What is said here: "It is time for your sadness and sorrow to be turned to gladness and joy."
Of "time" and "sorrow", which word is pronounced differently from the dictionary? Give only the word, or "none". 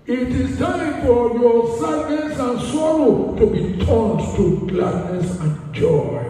none